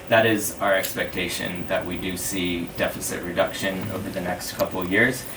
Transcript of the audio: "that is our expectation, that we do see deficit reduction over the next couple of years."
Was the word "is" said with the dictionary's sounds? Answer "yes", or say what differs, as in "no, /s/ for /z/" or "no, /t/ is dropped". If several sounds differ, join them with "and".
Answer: yes